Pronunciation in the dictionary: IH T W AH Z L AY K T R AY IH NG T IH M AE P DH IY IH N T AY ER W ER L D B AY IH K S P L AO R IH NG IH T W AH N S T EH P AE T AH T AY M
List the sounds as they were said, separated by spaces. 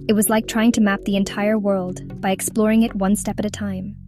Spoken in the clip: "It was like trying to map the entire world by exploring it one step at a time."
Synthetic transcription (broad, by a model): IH T W AH Z L AY K T R AY IH NG T IH M AE P DH IY IH N T AY ER W ER L D B AY IH K S P L AO R IH NG IH T W AH N S T EH P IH T AH T AY M